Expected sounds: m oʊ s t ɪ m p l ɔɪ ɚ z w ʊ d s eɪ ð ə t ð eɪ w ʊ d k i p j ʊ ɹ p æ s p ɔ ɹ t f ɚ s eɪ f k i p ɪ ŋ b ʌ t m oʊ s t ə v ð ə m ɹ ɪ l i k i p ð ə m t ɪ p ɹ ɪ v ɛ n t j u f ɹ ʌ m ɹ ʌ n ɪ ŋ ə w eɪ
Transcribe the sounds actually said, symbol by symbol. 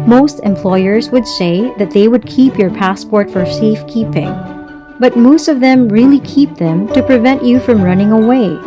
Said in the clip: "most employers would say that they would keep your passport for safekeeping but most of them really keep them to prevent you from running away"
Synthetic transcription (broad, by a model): m oʊ s t ɪ m p l ɔɪ ɚ z w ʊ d s eɪ ð ə t ð eɪ w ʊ d k i p j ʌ ɹ p æ s p ɔ ɹ t f ɚ s eɪ f k i p ɪ ŋ b ʌ t m oʊ s t ə v ð ə m ɹ ɪ l i k i p ð ə m t ɪ p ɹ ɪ v ɛ n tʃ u f ɹ ʌ m ɹ ʌ n ɪ ŋ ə w eɪ